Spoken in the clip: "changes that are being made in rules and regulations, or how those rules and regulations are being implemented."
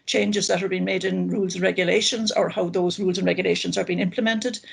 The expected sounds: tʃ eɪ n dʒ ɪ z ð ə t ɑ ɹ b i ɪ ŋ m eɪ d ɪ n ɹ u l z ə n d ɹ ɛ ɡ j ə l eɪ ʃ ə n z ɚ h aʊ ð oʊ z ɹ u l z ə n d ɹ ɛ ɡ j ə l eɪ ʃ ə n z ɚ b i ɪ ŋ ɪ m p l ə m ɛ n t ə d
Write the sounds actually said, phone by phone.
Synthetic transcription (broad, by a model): tʃ eɪ n dʒ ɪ z ð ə t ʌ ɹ b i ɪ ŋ m eɪ d ɪ n ɹ u l z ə n ɹ ɛ ɡ j ə l eɪ ʃ ə n z ɚ h aʊ ð oʊ z ɹ u l z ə n ɹ ɛ ɡ j ə l eɪ ʃ ə n z ɚ b i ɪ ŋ ɪ m p l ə m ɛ n t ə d